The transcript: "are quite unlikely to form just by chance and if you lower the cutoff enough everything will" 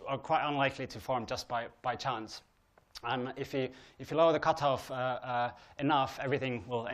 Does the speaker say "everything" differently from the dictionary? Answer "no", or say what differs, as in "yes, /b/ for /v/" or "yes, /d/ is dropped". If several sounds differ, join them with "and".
no